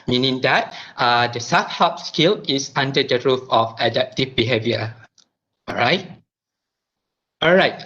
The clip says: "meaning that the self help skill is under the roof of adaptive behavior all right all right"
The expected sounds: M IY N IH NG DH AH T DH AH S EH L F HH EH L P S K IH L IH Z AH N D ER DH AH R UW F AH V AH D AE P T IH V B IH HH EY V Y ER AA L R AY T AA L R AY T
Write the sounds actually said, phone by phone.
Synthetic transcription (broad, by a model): M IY N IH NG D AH T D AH S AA F HH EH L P S K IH L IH S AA N D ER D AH R UW F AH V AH D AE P T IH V B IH HH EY V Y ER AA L R AY T AA L R AY T